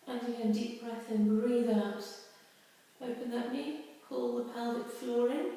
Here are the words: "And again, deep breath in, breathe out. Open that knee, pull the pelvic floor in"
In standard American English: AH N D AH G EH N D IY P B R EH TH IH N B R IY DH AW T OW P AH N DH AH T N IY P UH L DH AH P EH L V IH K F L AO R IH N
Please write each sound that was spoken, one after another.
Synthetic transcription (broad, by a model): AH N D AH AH D IY P B R EH TH IH N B R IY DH AW T OW P AH N DH AH T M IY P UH L DH AH P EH L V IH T F L AO R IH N